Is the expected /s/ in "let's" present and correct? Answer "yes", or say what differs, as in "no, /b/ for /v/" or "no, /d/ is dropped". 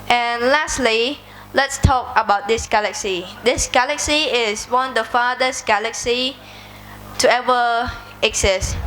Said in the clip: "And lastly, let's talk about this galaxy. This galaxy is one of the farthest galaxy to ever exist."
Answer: yes